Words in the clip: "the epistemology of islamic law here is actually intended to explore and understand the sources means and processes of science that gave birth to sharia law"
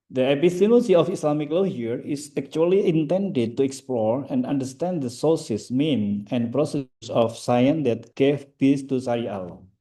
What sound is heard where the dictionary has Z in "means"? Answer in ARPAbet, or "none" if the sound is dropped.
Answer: none